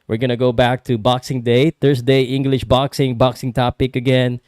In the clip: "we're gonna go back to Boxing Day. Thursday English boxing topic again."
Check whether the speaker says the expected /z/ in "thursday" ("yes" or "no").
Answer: no